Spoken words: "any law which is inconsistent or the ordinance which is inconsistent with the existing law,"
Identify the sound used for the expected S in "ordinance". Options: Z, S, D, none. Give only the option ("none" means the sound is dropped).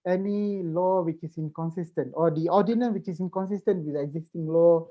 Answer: none